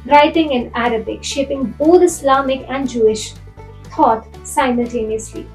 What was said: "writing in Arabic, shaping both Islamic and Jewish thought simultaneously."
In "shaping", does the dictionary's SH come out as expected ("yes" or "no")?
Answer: yes